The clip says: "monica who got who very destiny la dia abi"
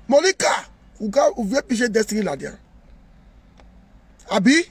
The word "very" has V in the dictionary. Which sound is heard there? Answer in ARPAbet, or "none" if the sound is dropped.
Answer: P